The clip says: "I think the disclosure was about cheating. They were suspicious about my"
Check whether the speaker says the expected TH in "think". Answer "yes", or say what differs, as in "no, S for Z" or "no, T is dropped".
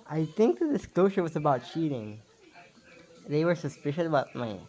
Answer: yes